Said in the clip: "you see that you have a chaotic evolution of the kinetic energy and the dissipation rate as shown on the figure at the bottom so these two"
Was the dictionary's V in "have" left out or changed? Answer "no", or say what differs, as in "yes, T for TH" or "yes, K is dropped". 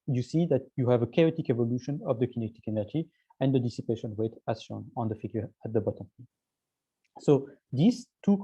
no